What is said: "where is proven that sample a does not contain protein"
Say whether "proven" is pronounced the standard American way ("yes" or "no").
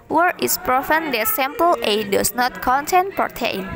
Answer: no